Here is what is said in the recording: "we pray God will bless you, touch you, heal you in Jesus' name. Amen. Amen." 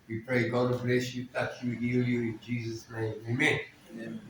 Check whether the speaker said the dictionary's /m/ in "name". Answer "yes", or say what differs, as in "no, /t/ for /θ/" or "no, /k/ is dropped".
no, /m/ is dropped